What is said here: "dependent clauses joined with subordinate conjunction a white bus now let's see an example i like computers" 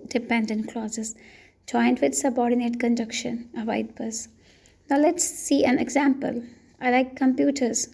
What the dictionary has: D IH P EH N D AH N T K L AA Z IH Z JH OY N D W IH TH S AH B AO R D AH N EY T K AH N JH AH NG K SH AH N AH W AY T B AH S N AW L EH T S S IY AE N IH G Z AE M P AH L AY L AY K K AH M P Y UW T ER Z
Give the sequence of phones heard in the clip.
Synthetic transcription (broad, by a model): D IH P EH N D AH N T K L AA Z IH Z JH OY N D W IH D S AH B AO R D AH N EY T K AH N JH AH K SH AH N AH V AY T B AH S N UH L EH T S S IY AE N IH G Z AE M P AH L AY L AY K K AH M P Y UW T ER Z